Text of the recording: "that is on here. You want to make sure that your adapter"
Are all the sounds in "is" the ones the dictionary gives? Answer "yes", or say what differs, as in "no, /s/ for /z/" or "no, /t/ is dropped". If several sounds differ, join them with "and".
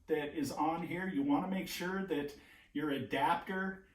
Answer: yes